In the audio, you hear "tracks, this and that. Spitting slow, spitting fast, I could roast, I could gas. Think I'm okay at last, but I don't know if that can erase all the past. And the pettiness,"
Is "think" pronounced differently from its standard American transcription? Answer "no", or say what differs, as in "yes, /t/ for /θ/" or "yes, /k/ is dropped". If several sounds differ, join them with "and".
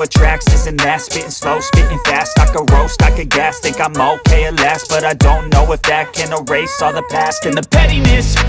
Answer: yes, /t/ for /θ/ and /ŋ/ is dropped